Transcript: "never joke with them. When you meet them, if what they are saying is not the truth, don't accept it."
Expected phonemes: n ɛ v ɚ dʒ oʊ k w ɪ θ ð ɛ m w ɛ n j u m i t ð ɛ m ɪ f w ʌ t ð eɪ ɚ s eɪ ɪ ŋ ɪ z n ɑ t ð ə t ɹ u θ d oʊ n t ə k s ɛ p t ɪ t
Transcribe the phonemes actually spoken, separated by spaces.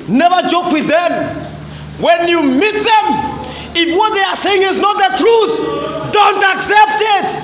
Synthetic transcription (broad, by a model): n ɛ v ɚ dʒ oʊ k w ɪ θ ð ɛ m w ɛ n j u m i t ð ɛ m ɪ f w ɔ t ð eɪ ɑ s eɪ ɪ ŋ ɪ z n ɑ t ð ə t ɹ u θ d oʊ n t ə k s ɛ p t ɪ t